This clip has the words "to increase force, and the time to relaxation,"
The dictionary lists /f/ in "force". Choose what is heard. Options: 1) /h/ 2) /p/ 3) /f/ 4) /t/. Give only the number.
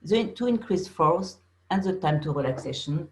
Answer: 3